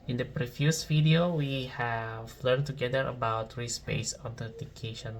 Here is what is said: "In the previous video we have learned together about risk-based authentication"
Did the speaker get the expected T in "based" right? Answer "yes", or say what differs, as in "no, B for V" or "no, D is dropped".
no, T is dropped